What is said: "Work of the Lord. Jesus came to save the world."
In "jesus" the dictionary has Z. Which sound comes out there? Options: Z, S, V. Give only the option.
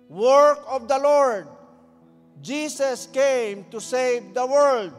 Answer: S